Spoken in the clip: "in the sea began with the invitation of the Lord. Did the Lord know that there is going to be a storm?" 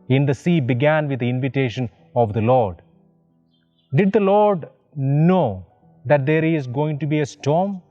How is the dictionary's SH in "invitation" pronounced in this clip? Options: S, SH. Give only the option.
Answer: SH